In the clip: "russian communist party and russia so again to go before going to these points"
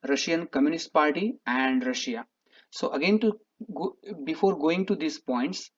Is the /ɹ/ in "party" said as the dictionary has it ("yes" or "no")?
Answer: no